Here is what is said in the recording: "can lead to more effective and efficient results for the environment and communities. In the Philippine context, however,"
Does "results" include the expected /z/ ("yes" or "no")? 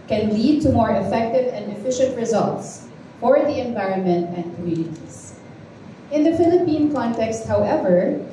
yes